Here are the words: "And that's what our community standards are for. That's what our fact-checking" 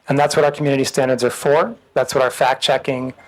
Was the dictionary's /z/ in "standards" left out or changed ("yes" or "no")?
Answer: no